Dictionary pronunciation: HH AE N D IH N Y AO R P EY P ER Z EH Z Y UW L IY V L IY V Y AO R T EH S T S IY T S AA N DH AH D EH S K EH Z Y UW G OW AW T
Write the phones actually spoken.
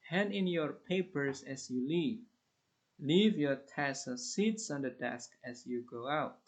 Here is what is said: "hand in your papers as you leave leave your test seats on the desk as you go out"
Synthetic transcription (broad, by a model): HH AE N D IH N Y AO R P EY P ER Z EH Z Y UW L IY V L IY V Y AO R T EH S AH S IY T S AA N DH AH D EH S K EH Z Y UW G OW AW T